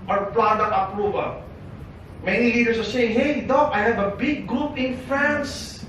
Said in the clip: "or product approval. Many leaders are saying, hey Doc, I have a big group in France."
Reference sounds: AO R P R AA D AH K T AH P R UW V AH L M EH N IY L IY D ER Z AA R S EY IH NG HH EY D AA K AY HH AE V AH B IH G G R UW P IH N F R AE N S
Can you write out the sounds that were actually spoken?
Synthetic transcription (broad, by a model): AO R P L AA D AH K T AH P R UW V AH L M EH N IY L IY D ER S AA R S EY IH NG HH EY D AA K AY HH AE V AH B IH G G R UW P IH N F R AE N S